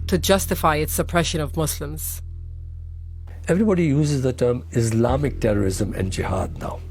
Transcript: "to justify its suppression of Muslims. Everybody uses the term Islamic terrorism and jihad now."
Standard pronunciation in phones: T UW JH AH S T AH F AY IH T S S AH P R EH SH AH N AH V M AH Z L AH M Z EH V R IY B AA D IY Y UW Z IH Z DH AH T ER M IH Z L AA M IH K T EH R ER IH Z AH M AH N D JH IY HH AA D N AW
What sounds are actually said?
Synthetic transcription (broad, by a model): T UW JH AH S T AH F AY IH T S S AH P R EH SH AH N AH V M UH S L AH M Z EH V R IY B AA D IY Y UW Z IH Z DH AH T ER M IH S L AA M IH K T EH R ER IH Z AH M AH N D JH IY HH AA D N AW